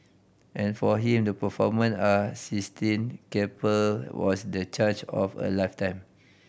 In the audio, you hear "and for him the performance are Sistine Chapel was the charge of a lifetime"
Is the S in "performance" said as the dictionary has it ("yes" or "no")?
no